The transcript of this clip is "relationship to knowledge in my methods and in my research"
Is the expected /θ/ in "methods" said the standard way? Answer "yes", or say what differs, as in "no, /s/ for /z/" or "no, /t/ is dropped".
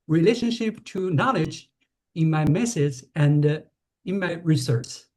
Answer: no, /s/ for /θ/